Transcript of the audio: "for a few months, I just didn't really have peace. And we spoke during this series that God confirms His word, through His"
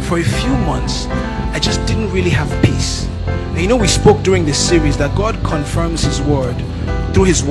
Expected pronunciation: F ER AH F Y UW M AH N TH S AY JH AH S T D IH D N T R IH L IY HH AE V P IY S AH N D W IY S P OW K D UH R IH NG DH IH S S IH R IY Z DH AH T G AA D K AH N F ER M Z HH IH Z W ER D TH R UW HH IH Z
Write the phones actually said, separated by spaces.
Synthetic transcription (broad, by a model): F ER AH F Y UW M AH N TH S AY JH AH S D IH D N T R IH L IY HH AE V P IY S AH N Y W IY S P OW K D UH R IH NG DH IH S S IH R IY Z DH AH T G AA D K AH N F ER M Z HH IH Z W ER D TH R UW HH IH Z